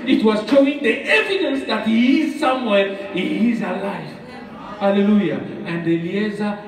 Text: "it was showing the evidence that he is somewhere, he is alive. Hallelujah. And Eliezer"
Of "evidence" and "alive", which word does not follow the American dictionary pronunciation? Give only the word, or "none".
alive